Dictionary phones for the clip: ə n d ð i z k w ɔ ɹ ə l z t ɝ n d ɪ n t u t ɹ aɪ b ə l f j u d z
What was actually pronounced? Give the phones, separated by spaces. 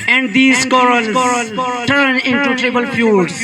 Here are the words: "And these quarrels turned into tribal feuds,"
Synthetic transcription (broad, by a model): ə n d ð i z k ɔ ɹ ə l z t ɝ n ɪ n t u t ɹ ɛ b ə l f j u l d